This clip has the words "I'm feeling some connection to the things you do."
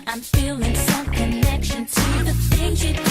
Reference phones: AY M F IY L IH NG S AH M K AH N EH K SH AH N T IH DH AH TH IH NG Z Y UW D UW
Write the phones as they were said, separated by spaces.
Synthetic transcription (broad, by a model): AY M F IY L IH NG S AH M K AH N EH K SH AH N T IH DH AH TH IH Z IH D